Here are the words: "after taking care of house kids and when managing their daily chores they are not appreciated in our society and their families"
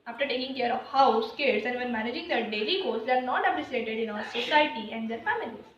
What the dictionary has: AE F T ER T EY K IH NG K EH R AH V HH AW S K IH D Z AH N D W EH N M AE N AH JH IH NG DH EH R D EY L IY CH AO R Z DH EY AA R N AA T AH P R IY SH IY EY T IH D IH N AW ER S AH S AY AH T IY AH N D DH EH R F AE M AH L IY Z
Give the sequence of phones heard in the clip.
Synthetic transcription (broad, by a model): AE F T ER T EY K IH NG K EH R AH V HH AW S K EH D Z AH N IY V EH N M AE N AH JH IH NG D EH D EY L IY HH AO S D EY AA R N AA T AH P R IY S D EY T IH D IH N AW ER S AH S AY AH T IY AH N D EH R F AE M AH L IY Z